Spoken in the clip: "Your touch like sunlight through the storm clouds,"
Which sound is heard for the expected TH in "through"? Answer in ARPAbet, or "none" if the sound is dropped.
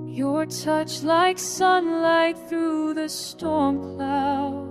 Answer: TH